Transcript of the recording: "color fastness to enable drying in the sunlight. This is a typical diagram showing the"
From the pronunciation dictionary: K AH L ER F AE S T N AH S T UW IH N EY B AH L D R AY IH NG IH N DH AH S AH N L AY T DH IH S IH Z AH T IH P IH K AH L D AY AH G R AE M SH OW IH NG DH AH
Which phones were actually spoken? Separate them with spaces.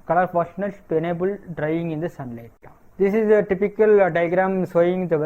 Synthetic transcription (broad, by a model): K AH L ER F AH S N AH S T UW IH N EY B AH L D R AY IH NG IH N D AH S AH N L AY T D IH S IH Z AH T IH P IH K AH L D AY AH G R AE M S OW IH NG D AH